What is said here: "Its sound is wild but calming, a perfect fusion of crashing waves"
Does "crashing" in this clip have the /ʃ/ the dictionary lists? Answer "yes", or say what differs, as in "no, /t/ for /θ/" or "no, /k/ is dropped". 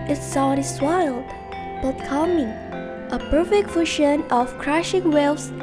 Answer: yes